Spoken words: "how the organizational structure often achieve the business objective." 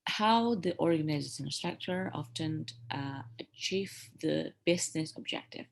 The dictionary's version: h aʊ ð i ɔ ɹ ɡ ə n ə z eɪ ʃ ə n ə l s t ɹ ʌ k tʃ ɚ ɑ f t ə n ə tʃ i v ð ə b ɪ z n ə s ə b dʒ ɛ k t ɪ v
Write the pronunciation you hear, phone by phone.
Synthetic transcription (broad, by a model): h aʊ ð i ɔ ɹ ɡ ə n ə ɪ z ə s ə n s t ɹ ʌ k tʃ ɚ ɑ f t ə n ə tʃ i v ð ə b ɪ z n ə s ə b dʒ ɛ k t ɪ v